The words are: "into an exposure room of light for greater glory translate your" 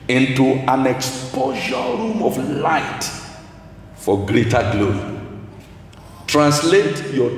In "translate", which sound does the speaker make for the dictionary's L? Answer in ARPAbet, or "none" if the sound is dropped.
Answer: L